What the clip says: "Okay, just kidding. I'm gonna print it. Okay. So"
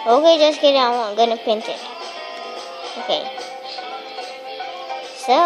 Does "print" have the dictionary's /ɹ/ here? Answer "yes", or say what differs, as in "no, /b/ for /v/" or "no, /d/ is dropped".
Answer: no, /ɹ/ is dropped